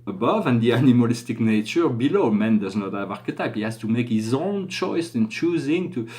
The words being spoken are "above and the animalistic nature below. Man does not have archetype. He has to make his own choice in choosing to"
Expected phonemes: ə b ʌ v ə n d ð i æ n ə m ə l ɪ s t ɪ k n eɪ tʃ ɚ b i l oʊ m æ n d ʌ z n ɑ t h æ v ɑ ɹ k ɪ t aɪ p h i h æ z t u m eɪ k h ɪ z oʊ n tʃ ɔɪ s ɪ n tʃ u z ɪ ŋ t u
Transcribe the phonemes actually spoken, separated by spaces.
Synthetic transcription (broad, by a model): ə b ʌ v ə n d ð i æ n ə m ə l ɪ s t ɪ k n eɪ tʃ ɚ b i l oʊ m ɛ n d ʌ z n ɑ t h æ v ɑ ɹ k ɪ t aɪ p h i h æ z t u m eɪ k h ɪ z oʊ n tʃ ɔɪ s ɪ n tʃ u z ɪ ŋ t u